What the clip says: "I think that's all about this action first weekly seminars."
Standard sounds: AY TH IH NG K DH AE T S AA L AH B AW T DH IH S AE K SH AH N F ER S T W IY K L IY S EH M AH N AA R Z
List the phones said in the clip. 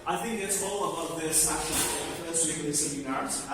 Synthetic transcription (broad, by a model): AY TH IH NG K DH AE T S AA L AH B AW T DH IH S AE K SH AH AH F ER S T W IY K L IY S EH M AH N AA R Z